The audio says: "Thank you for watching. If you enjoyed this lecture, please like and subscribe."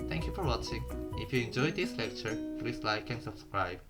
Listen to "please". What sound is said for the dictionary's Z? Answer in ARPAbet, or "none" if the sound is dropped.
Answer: S